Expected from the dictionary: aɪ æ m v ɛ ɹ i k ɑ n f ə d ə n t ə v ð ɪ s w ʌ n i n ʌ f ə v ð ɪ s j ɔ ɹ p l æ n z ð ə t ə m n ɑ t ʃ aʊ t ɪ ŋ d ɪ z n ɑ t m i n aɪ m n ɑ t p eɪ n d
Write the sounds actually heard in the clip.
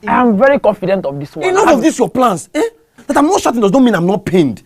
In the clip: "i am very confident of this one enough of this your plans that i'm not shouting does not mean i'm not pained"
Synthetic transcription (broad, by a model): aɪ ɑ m v ɛ ɹ i k ɑ n f ə d ə n t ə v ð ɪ s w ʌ i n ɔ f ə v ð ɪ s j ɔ p l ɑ n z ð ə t ə m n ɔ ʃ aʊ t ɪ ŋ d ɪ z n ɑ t m i n aɪ m n ɑ t p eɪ n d